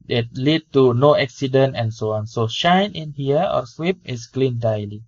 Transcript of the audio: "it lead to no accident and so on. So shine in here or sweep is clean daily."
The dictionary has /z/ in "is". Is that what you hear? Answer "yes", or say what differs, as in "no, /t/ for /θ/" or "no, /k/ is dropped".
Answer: no, /s/ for /z/